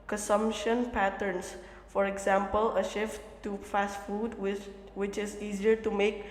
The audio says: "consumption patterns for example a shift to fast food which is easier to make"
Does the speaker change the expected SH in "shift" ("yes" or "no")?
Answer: no